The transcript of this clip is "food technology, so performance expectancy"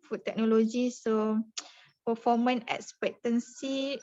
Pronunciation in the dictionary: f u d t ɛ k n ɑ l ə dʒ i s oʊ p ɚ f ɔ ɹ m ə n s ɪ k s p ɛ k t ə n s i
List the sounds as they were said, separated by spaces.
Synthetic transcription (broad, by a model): f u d t ɛ k n ɑ l ə dʒ i s oʊ p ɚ f ɔ m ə n ɪ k s p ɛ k t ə n s i